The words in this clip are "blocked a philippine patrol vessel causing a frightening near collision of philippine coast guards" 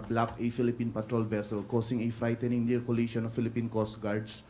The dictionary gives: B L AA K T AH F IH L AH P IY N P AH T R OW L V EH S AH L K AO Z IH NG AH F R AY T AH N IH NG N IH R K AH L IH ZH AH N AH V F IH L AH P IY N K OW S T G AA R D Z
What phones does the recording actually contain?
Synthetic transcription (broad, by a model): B L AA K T AH F IH L AH P IY N P AH T R OW L V EH S AH L K AO S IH NG AH F R AY T AH N IH NG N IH R K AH L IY SH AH N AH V F IH L AH P IY N K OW S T G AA R D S